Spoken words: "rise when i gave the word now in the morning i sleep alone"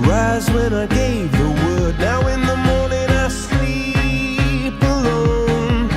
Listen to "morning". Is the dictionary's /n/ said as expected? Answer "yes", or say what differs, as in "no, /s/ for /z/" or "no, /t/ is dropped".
yes